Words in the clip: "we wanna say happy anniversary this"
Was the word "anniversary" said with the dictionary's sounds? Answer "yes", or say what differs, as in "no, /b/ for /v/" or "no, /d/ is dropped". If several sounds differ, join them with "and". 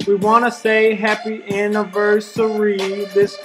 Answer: yes